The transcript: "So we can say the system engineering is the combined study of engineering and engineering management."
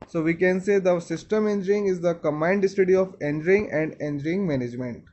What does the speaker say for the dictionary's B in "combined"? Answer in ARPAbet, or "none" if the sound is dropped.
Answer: none